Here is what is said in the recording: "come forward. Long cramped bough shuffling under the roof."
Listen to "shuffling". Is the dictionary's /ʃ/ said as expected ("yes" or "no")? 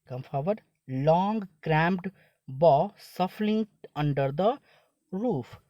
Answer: no